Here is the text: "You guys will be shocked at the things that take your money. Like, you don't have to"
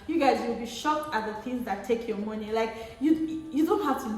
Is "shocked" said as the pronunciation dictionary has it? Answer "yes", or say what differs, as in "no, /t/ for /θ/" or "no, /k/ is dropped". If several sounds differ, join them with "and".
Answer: yes